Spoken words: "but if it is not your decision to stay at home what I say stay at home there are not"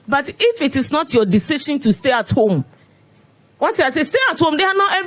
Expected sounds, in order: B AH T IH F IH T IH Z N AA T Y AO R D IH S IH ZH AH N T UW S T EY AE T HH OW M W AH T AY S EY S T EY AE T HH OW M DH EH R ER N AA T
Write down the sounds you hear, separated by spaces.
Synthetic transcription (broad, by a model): B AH T IH F IH T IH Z N AA T Y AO D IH S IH SH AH N T UW S T EY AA T HH OW M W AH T AY S EY S T EY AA T HH OW M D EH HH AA N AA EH